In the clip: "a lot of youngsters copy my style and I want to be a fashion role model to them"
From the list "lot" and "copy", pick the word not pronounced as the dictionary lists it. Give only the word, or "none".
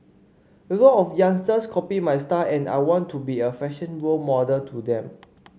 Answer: lot